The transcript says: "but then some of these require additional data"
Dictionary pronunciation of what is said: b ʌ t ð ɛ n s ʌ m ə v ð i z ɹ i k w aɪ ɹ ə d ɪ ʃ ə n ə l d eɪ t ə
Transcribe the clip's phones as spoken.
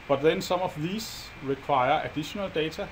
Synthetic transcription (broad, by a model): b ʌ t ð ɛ n s ʌ m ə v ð i s ɹ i k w aɪ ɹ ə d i ʃ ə n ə l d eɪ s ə